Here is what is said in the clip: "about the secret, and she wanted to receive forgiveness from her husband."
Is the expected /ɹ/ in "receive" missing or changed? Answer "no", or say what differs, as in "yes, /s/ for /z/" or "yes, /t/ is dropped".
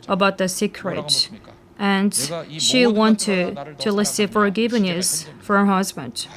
yes, /l/ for /ɹ/